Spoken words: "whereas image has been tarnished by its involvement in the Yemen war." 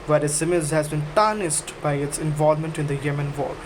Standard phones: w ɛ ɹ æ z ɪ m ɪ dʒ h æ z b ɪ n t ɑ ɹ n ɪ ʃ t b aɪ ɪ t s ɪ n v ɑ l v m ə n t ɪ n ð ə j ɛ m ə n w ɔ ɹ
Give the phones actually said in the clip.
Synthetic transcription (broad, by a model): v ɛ ɹ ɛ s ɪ m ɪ z h æ z b ɪ n t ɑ n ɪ s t b aɪ ɪ t s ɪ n v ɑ l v m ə n t ɪ n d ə j ɛ m ə n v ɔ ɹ